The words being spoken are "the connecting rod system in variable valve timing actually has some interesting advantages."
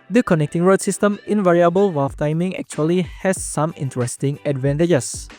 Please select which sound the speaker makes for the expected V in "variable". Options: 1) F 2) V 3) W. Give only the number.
2